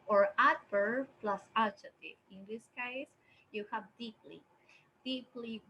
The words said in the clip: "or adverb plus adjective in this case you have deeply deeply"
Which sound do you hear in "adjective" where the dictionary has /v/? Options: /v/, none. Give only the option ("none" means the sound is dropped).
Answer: none